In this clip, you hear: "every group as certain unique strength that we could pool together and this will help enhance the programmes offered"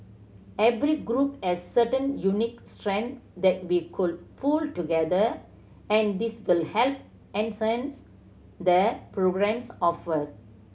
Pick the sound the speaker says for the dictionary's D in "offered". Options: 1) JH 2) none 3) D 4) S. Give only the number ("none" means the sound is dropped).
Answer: 2